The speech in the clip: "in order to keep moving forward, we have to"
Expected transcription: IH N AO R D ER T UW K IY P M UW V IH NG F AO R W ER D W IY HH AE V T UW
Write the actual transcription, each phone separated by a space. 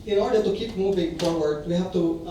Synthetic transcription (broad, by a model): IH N AO R D ER T UW K IY P M UW V IH NG F AO R W ER D W IY HH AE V T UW